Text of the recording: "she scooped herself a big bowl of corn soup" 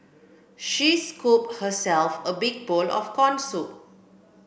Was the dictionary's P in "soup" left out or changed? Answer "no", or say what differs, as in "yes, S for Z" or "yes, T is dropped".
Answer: yes, P is dropped